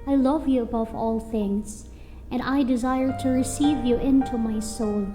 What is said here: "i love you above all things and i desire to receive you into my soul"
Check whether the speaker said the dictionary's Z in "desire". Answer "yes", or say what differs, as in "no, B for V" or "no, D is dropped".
yes